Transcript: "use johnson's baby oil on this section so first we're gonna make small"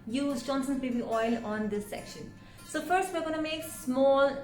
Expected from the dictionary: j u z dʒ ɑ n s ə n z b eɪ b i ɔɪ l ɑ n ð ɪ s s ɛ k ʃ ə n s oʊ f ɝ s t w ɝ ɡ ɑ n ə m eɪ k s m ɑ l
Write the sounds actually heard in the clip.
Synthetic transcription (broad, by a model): j u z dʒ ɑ n s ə n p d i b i ɔɪ l ɑ n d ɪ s s ɛ k ʃ ə n s oʊ f ɝ s t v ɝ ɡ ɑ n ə m eɪ k s m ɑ l